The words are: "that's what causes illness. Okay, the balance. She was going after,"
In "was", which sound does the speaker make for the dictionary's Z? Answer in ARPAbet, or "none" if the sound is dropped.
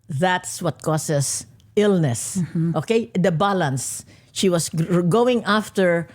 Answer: S